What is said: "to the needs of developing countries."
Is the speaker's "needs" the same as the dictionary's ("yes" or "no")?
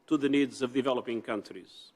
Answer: yes